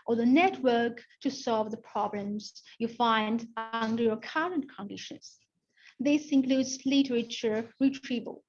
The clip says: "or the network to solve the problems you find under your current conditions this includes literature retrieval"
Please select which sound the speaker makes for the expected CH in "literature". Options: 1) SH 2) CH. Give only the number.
2